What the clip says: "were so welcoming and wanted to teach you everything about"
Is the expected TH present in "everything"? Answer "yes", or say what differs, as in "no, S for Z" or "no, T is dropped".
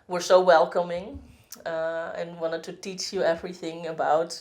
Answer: yes